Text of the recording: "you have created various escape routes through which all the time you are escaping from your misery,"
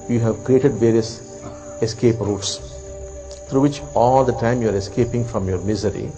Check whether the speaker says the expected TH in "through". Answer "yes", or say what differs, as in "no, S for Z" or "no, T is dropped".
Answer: no, T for TH